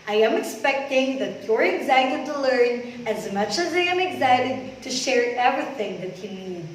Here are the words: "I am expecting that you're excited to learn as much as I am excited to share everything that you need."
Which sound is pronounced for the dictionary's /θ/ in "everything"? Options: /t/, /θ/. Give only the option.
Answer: /θ/